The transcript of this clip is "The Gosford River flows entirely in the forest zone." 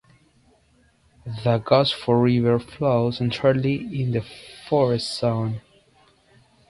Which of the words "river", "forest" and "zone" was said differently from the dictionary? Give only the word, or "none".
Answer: zone